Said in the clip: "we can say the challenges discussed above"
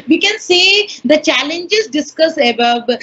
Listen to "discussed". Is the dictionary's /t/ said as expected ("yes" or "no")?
no